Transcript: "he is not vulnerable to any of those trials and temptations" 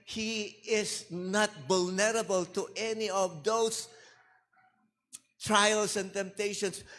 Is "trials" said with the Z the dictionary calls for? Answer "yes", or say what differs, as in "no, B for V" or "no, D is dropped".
no, S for Z